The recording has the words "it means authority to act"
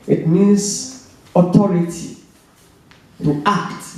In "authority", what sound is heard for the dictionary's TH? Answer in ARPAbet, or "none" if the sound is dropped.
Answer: T